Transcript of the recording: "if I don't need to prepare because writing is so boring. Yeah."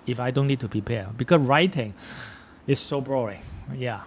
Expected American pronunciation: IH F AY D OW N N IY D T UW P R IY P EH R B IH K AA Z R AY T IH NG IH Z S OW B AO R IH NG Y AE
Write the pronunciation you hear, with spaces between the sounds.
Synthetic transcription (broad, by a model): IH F AY D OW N N IY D T UW P R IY P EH B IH K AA S R AY T IH NG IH S OW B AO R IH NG Y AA